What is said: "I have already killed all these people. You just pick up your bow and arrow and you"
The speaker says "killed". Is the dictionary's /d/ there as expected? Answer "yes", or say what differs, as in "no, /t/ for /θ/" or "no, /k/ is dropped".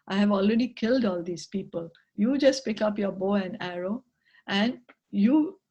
yes